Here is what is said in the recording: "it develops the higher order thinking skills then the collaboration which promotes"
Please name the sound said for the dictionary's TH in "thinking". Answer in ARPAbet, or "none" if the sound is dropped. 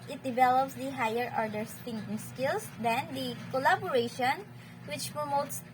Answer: T